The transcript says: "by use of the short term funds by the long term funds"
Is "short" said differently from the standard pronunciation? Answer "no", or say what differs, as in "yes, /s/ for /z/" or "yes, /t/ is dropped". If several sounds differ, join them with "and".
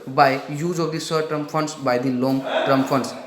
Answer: yes, /s/ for /ʃ/